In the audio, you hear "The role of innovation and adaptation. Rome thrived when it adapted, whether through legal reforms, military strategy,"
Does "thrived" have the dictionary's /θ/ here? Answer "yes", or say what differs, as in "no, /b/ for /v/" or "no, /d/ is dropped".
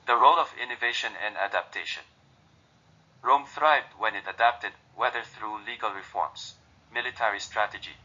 yes